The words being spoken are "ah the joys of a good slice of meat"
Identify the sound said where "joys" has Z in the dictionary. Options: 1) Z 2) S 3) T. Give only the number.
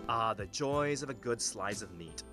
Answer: 1